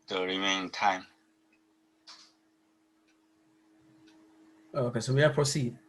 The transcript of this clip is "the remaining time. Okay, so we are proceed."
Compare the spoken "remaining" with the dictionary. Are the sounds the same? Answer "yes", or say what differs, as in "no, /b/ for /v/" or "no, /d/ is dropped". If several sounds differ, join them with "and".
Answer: no, /n/ is dropped